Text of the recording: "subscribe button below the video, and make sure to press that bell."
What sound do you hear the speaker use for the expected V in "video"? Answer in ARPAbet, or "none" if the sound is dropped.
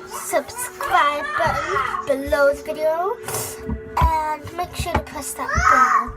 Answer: V